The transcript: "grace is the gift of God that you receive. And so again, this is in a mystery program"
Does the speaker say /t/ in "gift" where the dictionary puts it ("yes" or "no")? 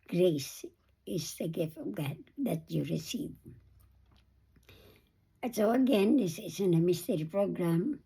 yes